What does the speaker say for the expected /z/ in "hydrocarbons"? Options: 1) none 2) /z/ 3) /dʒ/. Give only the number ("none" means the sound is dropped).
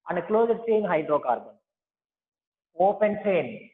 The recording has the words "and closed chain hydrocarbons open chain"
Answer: 1